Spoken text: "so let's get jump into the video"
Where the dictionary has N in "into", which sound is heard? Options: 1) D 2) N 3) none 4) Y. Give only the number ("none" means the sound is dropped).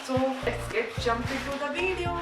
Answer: 3